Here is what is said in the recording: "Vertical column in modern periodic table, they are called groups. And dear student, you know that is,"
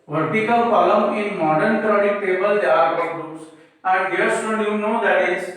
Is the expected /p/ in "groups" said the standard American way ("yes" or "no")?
no